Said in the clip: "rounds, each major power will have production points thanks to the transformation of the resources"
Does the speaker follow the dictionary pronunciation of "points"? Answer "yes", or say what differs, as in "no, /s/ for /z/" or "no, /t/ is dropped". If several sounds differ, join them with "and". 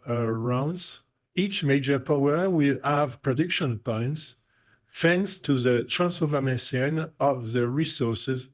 yes